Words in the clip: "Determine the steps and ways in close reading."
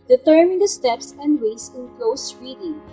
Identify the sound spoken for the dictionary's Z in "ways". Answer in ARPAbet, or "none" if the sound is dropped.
S